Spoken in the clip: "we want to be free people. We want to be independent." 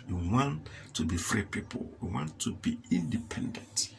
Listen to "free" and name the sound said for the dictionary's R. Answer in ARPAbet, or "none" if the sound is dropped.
R